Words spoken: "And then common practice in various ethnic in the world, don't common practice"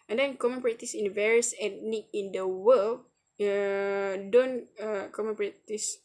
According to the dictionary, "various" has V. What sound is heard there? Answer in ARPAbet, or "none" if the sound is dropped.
V